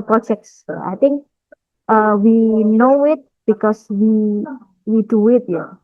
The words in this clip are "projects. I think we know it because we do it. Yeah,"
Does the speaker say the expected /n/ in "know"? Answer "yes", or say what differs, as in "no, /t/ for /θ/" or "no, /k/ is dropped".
yes